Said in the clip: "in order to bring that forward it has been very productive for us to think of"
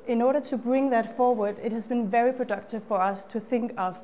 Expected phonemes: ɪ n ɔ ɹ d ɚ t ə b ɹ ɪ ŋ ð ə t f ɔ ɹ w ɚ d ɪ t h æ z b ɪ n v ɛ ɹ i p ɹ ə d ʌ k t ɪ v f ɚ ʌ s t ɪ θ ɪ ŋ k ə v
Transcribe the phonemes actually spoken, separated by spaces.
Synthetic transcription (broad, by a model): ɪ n ɔ ɹ d ɚ t ə b ɹ ɪ ŋ ð ə t f ɔ ɹ w ɚ d ɪ t h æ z b ɪ n v ɛ ɹ i p ɹ ə d ʌ k t ɪ v f ɚ ʌ s t ɪ θ ɪ ŋ k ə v